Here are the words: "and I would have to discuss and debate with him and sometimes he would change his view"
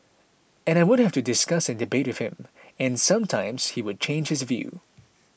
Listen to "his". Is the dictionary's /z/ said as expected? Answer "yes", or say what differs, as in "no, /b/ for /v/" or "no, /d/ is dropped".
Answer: yes